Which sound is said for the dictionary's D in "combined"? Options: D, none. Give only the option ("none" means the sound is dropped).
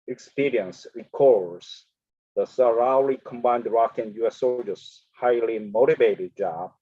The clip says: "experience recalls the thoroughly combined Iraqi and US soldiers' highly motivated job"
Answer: D